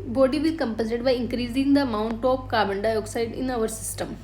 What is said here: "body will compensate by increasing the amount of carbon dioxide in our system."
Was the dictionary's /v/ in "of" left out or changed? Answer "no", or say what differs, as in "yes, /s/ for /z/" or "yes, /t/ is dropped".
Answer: yes, /p/ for /v/